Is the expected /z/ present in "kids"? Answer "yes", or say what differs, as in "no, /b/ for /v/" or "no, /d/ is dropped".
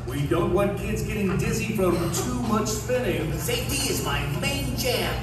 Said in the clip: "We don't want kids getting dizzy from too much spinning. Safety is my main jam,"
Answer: yes